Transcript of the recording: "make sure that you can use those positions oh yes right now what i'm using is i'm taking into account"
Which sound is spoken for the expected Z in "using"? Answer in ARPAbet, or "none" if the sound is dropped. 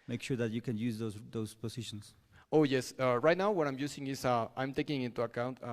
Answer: S